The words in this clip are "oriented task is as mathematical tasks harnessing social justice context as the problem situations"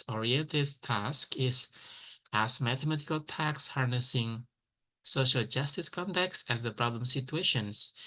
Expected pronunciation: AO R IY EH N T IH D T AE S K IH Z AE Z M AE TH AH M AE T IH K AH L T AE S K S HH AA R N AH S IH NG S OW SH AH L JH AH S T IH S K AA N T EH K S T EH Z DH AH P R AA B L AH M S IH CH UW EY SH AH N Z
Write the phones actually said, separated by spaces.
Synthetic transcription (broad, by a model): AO R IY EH N T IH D T AE S K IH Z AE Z M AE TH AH M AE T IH K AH L T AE K S HH AA R N AH S IH NG S OW SH AH L JH AH S T IH S K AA N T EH K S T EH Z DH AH P R AA B L AH M S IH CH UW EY SH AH N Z